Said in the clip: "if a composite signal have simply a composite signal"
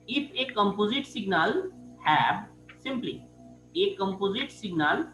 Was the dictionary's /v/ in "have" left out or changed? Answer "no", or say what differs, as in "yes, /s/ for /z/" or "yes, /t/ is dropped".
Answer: yes, /b/ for /v/